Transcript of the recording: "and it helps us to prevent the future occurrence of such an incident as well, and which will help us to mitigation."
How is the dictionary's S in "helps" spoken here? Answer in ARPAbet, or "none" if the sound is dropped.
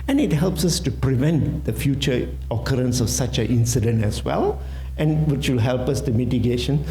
S